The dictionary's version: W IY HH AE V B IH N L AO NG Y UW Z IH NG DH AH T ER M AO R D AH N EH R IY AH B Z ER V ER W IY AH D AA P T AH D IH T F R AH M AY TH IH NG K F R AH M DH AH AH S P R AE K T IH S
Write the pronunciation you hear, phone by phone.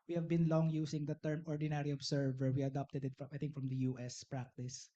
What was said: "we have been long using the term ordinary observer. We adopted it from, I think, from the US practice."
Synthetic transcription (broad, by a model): W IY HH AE V B IH N L AO NG Y UW S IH NG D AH T ER M AO R D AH N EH R IY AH B S ER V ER W IY AH D AA P T AH D IH T F R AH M AY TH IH NG K F R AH M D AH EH S P R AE K T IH S